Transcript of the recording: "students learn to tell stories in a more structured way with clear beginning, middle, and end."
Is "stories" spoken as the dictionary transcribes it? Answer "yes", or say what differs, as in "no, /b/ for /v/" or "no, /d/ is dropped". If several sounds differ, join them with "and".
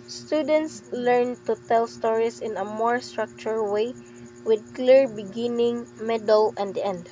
no, /s/ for /z/